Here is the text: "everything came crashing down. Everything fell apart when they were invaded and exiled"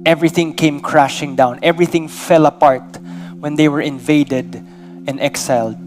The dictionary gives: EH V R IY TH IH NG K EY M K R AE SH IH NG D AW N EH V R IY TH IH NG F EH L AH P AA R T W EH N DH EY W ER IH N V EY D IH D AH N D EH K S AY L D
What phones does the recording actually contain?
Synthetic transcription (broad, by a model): EH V R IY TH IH NG K EY M K R AE SH IH NG D AW N EH V R IY TH IH NG F EH L AH P AA R T W EH N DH EY W ER IH N V EY D IH D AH N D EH K S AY L D